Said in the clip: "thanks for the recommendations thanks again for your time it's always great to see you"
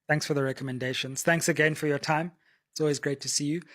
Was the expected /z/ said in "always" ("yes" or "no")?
yes